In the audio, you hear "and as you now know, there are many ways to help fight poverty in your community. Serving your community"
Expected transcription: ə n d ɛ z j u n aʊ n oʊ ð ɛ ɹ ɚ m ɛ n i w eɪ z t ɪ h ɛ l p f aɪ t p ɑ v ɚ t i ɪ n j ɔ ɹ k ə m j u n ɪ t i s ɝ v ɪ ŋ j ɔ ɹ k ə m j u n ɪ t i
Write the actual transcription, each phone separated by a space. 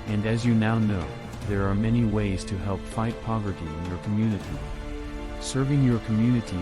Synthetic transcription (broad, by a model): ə n d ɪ z j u n aʊ n oʊ ð ɛ ɹ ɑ m ɛ n i w eɪ z t ɪ h ɛ l p f aɪ t p ɑ v ɚ t i ɪ n j ɔ ɹ k ə m j u n ɪ t i s ɝ v ɪ ŋ j ɔ ɹ k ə m j u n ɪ t i